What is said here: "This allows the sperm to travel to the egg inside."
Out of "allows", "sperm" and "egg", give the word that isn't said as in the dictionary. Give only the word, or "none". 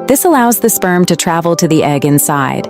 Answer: none